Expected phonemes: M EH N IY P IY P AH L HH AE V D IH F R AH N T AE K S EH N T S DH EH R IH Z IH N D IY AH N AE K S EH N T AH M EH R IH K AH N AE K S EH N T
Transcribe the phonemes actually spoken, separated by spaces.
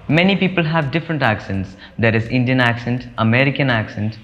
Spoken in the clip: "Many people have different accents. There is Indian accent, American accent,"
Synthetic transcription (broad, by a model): M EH N IY P IY P AH L HH AE V D IH F R AH N T AE K S EH N T S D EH R IH Z IH N D IY AH N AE K S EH N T AH M EH R IH K AH N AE K S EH N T